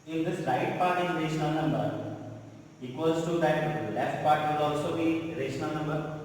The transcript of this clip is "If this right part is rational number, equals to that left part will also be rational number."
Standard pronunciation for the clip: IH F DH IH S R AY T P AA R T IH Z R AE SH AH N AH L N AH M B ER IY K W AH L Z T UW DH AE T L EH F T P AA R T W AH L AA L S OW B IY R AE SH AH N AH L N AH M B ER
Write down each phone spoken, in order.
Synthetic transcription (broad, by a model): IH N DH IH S L AY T P AA R T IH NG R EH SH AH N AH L N AH M B ER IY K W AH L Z T UW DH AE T L EH F T P AA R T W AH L AA L S OW B IY R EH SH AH N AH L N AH M B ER